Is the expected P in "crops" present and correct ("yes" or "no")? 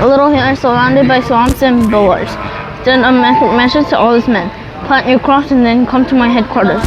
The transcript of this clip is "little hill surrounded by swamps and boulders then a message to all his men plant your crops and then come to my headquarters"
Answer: no